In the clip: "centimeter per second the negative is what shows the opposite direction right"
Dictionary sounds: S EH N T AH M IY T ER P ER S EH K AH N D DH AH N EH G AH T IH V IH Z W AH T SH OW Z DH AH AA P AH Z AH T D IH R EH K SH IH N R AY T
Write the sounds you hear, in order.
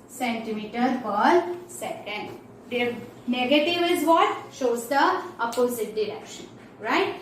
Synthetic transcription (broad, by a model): S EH N T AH M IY T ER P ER S EH K AH N D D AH N EH G AH T IH V IH Z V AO T SH OW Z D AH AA P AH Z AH T D IH R EH K SH IH N R AY T